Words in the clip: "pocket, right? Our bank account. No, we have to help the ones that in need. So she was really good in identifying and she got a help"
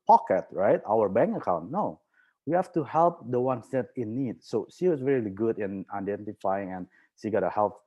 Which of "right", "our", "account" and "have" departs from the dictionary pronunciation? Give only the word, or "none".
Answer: have